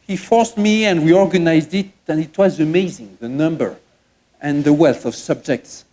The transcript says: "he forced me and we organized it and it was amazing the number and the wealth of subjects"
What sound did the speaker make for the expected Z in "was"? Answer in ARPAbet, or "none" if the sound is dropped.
Z